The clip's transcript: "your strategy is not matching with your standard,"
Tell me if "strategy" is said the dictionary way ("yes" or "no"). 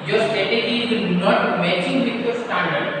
no